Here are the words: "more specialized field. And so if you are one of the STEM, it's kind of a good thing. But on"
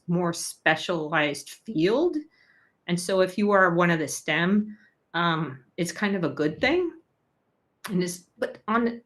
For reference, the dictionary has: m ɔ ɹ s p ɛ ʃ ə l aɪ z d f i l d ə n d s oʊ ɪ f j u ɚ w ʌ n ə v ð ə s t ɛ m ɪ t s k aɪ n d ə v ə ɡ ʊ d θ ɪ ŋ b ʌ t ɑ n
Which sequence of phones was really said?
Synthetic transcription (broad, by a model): m ɔ ɹ s p ɛ ʃ ə l aɪ z d f i l d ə n s oʊ ɪ f j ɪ ɚ w ʌ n ə v ð ə s t ɛ m ɪ t s k aɪ n d ə v ə ɡ ʊ d θ ɪ ŋ b ʌ t n